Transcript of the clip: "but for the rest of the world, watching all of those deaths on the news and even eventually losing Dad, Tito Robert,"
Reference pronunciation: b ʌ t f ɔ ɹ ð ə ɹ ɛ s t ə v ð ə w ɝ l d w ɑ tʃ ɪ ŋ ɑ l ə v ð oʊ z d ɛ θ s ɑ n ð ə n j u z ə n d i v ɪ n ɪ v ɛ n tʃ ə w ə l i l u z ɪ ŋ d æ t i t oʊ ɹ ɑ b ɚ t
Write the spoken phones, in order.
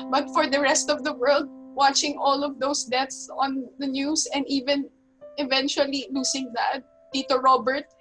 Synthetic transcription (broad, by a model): b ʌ t f ɔ ɹ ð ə ɹ ɛ s t ə v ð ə w ɝ l d w ɑ tʃ ɪ ŋ ɑ l ə v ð oʊ s d ɛ t s ɑ n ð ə n j u s ə n d i v ɪ n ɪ v ɛ n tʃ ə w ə l i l u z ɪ ŋ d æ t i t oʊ ɹ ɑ b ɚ t